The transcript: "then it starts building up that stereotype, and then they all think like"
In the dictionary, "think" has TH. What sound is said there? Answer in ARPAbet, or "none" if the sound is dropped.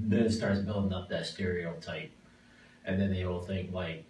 TH